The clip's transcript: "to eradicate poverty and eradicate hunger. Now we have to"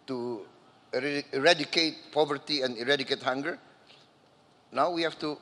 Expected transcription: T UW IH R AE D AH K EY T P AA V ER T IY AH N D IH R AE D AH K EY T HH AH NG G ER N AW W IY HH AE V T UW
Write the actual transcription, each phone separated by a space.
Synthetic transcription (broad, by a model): T UW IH R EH D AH K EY T P AA V ER T IY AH N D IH R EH D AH K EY T HH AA NG G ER N AW W IY HH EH F T UW